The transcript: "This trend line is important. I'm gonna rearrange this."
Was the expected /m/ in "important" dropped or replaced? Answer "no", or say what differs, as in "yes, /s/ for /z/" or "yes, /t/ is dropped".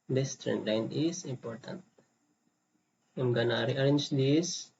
no